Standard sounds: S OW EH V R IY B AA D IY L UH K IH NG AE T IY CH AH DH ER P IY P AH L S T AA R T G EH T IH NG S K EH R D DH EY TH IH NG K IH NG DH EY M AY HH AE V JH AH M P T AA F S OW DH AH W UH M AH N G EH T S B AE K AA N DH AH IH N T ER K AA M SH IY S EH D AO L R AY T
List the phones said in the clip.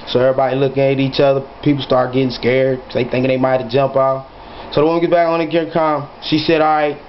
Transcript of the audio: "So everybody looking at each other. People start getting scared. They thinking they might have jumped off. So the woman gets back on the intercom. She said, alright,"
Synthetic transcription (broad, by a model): S OW EH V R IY B AA D IY L UH K IH NG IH T IY CH AH DH ER P IY P L S T AA R T G EH T IH NG S K EH R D DH EY TH IH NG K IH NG DH EY M AY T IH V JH AH M P AA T S OW DH AH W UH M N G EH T B AE K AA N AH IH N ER K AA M SH IY S EH D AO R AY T